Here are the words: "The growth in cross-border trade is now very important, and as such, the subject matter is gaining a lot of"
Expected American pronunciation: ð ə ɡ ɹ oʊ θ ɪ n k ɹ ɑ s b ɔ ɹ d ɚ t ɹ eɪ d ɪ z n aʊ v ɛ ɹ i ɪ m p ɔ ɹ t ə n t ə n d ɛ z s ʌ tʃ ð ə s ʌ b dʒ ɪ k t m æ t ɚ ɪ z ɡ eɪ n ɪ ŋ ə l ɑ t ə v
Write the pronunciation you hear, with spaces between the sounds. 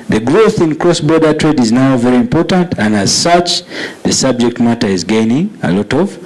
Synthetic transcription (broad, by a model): ð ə ɡ ɹ oʊ θ ɪ n k ɹ ɑ s b ɔ ɹ d ɚ t ɹ eɪ d ɪ z n aʊ v ɛ ɹ i ɪ m p ɔ ɹ t ə n t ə n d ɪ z s ʌ tʃ ð ə s ʌ b dʒ ɪ k t m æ t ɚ ɪ z ɡ eɪ n ɪ ŋ ə l ɑ t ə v